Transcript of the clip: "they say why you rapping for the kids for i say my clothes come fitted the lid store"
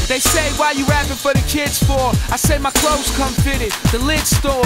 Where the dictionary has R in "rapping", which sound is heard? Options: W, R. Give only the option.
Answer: W